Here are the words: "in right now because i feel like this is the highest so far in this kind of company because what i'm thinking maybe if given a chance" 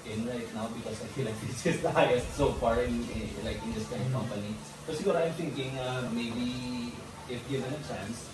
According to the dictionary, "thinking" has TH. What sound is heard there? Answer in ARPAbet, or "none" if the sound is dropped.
T